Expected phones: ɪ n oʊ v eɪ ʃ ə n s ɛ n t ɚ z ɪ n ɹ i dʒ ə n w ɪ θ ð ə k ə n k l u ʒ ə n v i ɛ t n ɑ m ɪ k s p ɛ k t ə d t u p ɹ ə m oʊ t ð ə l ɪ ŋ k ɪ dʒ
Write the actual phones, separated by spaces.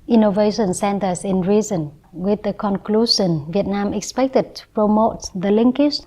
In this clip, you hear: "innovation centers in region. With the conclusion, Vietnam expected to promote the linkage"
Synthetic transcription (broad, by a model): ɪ n oʊ v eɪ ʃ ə n s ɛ n t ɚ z ɪ n ɹ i z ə n w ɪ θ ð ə k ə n k l u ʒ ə n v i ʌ t n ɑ m ɪ k s p ɛ k t ə d t u p ɹ ə m oʊ t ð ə l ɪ ŋ k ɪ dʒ